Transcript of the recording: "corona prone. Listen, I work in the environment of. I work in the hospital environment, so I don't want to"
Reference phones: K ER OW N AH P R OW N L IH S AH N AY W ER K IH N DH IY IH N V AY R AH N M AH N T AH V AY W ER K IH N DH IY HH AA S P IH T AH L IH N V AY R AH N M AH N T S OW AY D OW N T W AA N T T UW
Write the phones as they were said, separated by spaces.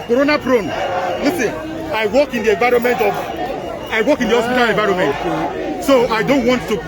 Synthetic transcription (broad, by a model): K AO OW N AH P R OW N L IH S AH N AY W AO K IH N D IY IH V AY R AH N M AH N T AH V AY W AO K IH N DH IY HH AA S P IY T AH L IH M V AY R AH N M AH N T S OW AY D OW N T W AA N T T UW